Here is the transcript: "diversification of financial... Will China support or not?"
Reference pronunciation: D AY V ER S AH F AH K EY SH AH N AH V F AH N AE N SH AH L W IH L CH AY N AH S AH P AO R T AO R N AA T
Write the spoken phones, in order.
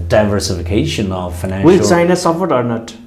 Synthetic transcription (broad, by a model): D AY V ER S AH F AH K EY SH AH N AH V F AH IH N AH W IH L S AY N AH S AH F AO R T AO R N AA T